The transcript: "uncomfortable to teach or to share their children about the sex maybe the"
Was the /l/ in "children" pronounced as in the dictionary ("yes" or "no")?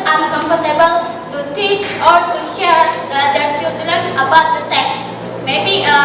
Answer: no